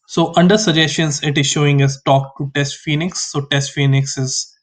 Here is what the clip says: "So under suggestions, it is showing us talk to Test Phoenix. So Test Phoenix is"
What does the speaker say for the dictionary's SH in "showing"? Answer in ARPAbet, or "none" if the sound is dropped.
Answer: SH